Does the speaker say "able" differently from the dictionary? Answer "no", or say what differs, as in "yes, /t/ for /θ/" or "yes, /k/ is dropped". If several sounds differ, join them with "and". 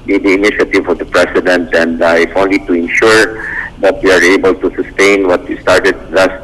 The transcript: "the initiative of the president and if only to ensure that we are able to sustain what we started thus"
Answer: no